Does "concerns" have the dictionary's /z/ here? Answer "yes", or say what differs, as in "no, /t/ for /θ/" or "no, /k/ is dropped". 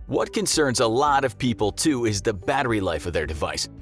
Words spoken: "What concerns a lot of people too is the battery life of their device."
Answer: yes